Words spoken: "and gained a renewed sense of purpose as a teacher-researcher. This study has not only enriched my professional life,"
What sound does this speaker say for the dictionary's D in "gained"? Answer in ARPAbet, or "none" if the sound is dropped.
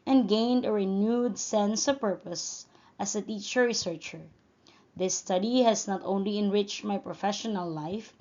D